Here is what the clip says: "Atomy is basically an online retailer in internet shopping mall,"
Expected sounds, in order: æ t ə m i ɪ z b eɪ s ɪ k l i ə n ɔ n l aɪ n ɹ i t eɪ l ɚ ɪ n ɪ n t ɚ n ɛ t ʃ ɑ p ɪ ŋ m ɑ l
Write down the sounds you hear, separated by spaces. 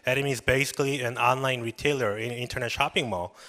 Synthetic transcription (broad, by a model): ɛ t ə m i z b eɪ s ɪ k l i ə n ɔ n l aɪ n ɹ i t eɪ l ɚ ɪ n ɪ n t ɚ n ɛ t ʃ ɑ p ɪ ŋ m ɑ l